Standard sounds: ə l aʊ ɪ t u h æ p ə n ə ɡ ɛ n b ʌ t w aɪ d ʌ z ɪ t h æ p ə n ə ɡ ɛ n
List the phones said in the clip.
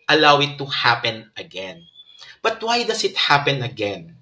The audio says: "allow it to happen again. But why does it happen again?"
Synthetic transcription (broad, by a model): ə l aʊ ɪ t u h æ p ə n ə ɡ ɛ n b ʌ t w aɪ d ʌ s ɪ t h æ p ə n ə ɡ ɛ n